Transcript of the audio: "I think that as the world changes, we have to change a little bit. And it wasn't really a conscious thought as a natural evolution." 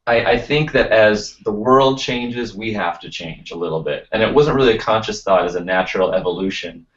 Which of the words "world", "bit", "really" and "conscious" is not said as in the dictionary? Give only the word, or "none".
none